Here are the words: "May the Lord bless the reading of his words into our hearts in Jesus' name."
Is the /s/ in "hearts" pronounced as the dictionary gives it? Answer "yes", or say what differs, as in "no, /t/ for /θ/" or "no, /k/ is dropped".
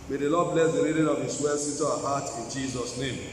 no, /s/ is dropped